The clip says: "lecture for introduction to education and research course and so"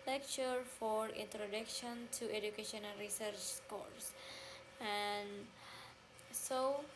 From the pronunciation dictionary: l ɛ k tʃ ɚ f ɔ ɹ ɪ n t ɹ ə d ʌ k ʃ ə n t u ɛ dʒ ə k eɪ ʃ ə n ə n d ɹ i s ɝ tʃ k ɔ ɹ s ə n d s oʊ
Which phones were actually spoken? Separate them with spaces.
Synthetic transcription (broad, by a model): l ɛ k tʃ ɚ f ɔ ɹ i n t ɹ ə d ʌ k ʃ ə n t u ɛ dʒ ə k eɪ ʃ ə n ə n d ɹ i s ɝ tʃ k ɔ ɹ s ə n s oʊ